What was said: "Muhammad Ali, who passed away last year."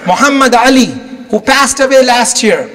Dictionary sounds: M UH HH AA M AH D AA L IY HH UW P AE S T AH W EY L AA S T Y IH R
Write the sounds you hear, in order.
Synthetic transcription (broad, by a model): M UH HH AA M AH D AA L IY HH UW P AE S T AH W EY L AA S T Y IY R